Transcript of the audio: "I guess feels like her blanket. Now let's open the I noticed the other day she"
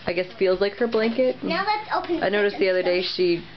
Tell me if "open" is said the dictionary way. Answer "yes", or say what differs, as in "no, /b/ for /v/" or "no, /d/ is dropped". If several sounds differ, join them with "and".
no, /p/ is dropped